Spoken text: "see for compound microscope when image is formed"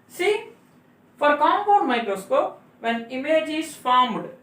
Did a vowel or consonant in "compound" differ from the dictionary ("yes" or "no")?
yes